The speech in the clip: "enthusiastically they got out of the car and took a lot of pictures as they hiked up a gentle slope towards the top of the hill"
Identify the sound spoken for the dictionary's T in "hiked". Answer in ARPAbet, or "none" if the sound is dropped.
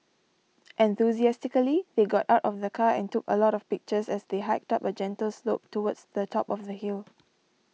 T